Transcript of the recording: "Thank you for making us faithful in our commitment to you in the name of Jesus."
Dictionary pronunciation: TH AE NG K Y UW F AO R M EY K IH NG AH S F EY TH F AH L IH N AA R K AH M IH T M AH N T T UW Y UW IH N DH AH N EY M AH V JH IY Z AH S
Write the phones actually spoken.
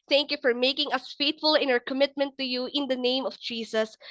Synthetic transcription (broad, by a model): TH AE NG K Y UW F AO R M EY K IH NG AH S F EY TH F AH L IH N AA R K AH M IH T M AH N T T UW Y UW IH N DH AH N EY M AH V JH IY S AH S